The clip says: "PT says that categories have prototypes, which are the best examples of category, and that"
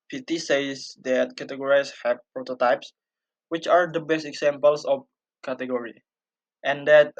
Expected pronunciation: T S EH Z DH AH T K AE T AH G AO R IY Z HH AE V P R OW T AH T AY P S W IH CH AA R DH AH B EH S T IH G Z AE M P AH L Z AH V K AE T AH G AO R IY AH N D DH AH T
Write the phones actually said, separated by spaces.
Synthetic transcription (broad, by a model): T S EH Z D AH T K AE T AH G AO R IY S HH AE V P R OW T AH T AY P S W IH CH AA R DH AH B EH S T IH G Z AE M P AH L S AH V K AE T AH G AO R IY AH N D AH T